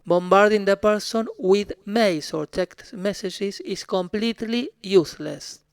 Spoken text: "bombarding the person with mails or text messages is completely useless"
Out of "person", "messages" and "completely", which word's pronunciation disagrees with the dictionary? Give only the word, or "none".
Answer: messages